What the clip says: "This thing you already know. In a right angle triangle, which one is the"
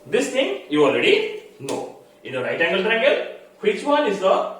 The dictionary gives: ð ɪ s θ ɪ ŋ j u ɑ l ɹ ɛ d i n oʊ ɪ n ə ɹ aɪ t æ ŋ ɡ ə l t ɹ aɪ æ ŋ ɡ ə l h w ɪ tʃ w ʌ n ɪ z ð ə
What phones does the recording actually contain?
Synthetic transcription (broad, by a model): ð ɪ s t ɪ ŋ j u ɑ l ɹ ɛ d i n oʊ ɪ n ə ɹ aɪ t æ ŋ ɡ ə l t ɹ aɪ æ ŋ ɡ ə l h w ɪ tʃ w ʌ n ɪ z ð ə